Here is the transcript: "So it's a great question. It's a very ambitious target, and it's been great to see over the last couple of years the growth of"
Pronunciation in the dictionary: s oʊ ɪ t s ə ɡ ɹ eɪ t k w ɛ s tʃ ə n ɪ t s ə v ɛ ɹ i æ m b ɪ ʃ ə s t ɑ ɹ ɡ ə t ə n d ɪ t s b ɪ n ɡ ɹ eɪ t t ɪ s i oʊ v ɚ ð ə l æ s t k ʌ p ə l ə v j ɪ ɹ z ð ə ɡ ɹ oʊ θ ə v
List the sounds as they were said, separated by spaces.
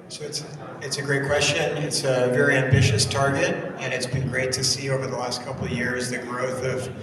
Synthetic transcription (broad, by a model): s oʊ ɪ t s ə ɡ ɹ eɪ t k w ɛ s tʃ ə n ɪ t s ə v ɛ ɹ i æ m b ɪ ʃ ə s t ɑ ɹ ɡ ə t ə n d ɪ t s b ɪ n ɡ ɹ eɪ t t ɪ s i oʊ v ɚ ð ə l æ s t k ʌ p l ə v j ɪ ɹ z ð ə ɡ ɹ oʊ θ ə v